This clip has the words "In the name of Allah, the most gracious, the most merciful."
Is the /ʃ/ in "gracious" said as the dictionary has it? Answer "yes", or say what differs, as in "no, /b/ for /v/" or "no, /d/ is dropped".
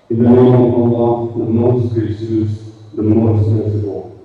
no, /s/ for /ʃ/